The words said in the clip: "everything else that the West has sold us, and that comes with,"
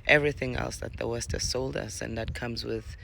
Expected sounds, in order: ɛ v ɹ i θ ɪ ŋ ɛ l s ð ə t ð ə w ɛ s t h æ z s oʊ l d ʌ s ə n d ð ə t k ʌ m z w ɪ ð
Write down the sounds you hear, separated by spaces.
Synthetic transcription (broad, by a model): ɛ v ɹ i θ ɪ ŋ ɛ l s ð ə t ð ə w ɛ s t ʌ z s oʊ l d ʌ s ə n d ð ə t k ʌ m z w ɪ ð